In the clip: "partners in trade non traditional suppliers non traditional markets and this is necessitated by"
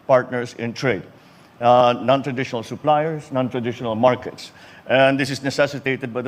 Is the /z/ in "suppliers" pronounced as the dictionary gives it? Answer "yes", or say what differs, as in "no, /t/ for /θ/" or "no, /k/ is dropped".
no, /s/ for /z/